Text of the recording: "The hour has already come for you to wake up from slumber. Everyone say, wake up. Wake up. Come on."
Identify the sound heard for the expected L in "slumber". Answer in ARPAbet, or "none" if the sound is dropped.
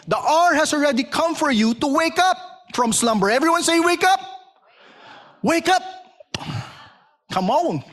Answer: L